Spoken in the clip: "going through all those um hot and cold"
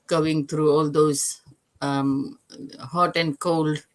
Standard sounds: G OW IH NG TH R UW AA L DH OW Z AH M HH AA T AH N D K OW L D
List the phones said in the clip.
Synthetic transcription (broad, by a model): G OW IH NG T R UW AA L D OW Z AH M HH AA T AH N D K OW L D